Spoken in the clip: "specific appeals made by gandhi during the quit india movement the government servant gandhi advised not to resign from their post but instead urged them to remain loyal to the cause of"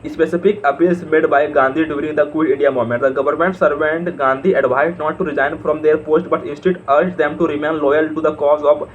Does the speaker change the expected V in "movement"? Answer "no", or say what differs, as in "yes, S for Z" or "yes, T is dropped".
yes, V is dropped